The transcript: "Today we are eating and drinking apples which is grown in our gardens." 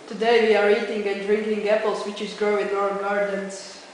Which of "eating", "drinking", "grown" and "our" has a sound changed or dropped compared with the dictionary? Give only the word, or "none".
grown